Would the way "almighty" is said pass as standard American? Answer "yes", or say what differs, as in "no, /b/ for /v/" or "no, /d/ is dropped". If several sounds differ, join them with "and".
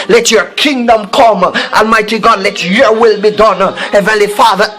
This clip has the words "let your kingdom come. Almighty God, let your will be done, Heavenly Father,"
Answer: yes